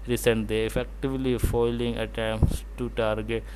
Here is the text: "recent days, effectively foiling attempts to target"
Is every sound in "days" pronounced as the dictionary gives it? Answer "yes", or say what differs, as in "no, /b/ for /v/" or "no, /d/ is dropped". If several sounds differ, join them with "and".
no, /z/ is dropped